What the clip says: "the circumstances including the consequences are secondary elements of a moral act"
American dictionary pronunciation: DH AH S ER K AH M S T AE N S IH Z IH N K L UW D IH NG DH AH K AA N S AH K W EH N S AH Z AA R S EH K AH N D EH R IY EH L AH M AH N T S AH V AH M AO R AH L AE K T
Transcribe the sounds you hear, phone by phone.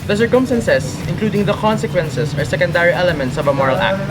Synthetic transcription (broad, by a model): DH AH S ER K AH M S T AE N S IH S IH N K L UW D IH NG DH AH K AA N S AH K W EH N S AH S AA R S EH K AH N D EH R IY EH L AH M AH N T S AH V AH M AO R AH L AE K T